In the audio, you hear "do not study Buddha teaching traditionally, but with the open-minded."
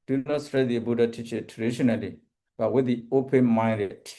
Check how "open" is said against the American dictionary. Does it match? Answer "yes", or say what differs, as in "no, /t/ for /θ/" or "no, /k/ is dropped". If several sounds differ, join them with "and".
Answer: yes